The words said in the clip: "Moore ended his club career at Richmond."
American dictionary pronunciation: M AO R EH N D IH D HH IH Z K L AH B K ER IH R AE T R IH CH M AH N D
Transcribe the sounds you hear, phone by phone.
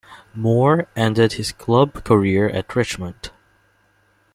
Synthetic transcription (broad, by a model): M AO R EH N D IH D HH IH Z K L AH B K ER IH R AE T R IH CH M AH N D